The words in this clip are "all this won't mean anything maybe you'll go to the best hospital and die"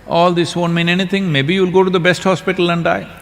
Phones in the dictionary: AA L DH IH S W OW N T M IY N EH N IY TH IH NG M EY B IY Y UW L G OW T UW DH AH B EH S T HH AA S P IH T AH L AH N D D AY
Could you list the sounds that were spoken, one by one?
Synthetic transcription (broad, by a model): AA L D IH S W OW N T M IY N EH N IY T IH NG M EY B IY Y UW L G OW T UW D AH B EH S T HH AA S P IH T AH L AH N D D AY